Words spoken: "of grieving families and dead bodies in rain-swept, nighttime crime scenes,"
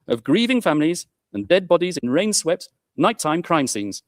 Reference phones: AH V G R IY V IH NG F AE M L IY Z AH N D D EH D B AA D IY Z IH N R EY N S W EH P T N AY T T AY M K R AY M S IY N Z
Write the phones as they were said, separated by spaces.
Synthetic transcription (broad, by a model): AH V G R IY V IH NG F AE M L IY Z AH N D D EH D B AA D IY Z IH N R EY N S W EH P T N AY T T AY M K R AY M S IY N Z